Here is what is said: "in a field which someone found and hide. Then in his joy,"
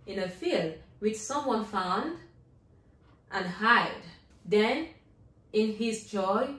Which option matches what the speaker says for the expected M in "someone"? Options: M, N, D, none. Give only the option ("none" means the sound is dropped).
M